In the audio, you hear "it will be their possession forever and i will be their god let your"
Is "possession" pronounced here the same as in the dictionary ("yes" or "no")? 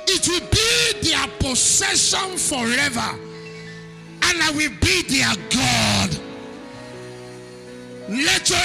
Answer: no